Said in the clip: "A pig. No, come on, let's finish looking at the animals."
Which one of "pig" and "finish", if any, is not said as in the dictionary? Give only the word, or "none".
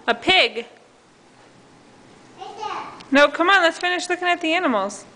none